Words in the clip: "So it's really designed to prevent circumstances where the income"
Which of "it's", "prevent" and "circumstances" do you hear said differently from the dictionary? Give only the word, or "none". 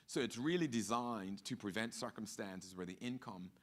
none